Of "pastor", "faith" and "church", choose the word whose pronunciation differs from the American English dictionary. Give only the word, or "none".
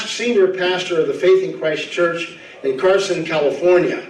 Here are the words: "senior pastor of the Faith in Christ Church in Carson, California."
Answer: none